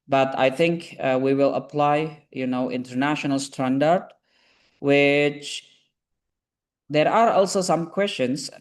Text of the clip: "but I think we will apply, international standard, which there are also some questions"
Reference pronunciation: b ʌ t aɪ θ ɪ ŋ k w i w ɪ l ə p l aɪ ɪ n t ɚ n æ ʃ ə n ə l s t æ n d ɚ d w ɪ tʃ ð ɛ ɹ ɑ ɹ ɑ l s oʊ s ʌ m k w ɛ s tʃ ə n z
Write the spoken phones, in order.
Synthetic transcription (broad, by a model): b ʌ t aɪ θ ɪ ŋ k w i w ɪ l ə p l aɪ ɪ n t ɚ n æ ʃ ə n ə l s t æ n d ɚ d w ɪ tʃ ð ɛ ɹ ɑ ɹ ɑ l s oʊ s ʌ m k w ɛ s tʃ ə n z